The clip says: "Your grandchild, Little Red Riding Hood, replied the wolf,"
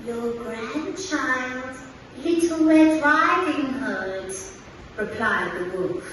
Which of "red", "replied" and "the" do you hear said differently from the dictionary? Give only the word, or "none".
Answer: red